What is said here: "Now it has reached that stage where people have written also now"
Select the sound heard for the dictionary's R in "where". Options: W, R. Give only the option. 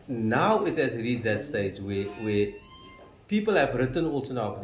W